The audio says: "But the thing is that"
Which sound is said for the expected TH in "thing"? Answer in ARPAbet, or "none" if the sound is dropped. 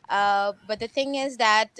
TH